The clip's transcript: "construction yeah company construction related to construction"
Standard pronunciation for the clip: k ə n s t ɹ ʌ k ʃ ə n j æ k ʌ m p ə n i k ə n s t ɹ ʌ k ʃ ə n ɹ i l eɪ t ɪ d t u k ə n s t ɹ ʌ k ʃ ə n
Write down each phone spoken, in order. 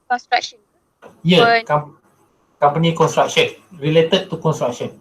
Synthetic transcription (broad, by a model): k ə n s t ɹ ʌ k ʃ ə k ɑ k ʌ m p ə n i k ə n s t ɹ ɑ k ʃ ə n ɹ i l eɪ t ɪ d t u k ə n s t ɹ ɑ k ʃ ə n